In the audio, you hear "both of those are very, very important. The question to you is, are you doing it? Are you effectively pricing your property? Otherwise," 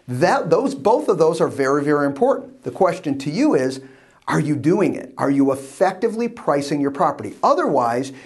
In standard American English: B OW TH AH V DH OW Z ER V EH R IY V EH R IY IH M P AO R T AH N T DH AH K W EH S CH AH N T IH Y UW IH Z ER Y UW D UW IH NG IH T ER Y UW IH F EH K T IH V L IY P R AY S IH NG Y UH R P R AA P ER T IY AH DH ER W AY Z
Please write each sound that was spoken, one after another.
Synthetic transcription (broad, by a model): B OW TH AH V DH OW Z ER V EH R IY V EH R IY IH M P AO R T N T DH AH K W EH S CH AH N T IH Y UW IH Z ER Y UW D UW IH NG IH T ER Y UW IH F EH K T IH V L IY P R AY S IH NG Y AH R P R AA P ER T IY AH DH ER W AY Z